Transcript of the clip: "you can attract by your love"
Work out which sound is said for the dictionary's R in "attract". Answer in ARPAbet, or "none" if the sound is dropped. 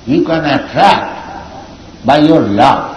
R